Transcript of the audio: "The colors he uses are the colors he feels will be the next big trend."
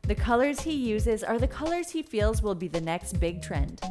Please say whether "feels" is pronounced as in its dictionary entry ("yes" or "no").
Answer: yes